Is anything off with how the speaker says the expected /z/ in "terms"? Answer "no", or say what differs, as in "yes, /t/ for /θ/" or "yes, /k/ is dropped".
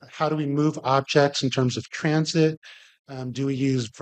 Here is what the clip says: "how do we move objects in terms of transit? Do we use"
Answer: no